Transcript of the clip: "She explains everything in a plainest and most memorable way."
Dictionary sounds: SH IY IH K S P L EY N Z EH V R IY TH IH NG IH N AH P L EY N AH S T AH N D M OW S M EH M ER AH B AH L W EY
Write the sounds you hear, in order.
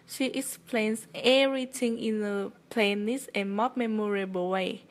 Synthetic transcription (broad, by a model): SH IY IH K S P L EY N S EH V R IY T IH NG IH N AH P L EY N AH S AH N M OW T M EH M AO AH B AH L W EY